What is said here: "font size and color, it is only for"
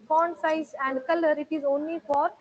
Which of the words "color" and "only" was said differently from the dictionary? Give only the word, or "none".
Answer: none